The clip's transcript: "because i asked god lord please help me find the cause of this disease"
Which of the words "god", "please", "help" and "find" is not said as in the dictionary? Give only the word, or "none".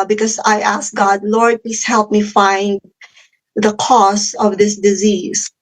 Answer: please